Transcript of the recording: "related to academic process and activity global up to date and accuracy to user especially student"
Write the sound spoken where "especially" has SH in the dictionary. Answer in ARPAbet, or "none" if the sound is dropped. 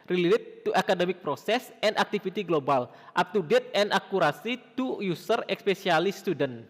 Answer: S